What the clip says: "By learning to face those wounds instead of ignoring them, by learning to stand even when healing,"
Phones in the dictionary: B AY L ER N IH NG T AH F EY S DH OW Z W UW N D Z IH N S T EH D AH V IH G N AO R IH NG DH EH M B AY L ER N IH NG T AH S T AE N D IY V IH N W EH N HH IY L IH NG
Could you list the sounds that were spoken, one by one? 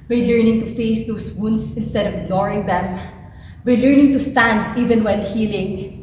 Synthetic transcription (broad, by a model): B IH L ER N IH NG T AH F EY S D OW S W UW N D S IH N S T EH D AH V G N AO R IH NG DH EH M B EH L ER N IH NG T AH S T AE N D IY V IH N W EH L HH IY L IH NG